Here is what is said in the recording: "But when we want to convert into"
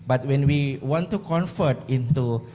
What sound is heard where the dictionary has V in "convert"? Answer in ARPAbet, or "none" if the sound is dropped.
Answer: F